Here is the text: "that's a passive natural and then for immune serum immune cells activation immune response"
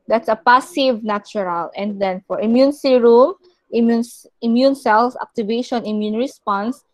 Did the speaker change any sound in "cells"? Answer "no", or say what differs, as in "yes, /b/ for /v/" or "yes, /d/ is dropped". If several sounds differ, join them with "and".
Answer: yes, /s/ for /z/